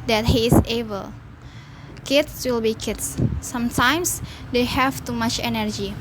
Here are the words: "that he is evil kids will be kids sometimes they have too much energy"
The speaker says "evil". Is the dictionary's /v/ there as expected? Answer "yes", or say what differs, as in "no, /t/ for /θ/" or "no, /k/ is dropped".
no, /b/ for /v/